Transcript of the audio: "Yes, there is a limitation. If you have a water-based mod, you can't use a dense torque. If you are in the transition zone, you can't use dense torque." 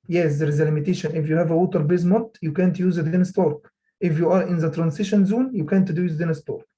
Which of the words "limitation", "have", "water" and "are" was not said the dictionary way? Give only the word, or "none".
none